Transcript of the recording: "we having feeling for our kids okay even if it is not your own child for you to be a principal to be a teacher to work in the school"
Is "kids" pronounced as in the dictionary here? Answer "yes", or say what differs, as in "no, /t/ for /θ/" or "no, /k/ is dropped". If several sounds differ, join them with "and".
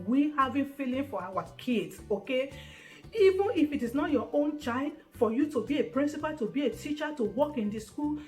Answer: no, /s/ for /z/